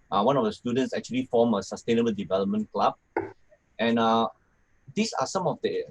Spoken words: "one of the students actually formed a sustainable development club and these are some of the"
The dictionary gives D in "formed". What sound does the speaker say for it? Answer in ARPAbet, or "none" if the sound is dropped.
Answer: none